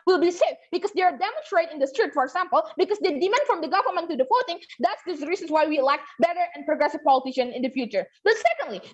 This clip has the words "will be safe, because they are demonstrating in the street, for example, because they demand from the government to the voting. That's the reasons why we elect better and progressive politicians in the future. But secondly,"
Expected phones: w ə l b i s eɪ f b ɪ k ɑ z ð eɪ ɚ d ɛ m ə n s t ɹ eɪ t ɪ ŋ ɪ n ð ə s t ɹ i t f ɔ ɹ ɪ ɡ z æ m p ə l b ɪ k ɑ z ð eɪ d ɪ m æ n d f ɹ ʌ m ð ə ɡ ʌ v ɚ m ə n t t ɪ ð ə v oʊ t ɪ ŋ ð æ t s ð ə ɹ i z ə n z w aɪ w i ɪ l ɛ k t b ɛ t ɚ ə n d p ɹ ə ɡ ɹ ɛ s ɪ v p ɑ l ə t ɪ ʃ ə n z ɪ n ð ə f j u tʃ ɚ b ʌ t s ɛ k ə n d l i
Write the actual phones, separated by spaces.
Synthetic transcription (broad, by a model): w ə l b i s eɪ f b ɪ k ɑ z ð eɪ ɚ d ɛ m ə n s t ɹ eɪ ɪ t ɪ n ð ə s t ɹ i t f ɔ ɹ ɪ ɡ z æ m p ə l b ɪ k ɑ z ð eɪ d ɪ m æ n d f ɹ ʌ m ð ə ɡ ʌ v ɚ m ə n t t ɪ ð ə f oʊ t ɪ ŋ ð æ t s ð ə ɹ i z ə n s w aɪ w i ɪ l ɛ k t b ɛ t ɚ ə n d p ɹ ə ɡ ɹ ɛ s ɪ v p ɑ l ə t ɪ ʃ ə n ɪ n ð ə f j u tʃ ɚ b ʌ t s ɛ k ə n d l i